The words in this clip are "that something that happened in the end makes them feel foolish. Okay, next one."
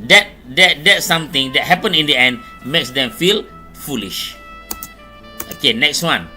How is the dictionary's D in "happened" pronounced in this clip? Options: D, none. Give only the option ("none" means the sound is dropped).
none